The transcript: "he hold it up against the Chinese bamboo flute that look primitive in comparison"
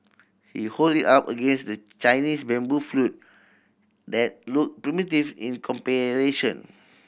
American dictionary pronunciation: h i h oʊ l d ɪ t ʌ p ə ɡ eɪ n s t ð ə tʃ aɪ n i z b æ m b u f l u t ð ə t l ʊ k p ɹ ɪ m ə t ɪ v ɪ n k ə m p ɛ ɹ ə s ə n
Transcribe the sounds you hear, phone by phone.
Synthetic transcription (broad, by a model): h i h oʊ l d ɪ t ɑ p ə ɡ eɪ n s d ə tʃ aɪ n i s b æ m b u f l u t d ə t l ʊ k p ɹ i m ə t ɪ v ɪ n k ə m p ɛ ɹ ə ʃ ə n